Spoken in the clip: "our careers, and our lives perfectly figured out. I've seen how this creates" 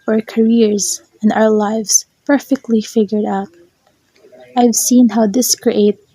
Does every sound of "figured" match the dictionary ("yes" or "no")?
yes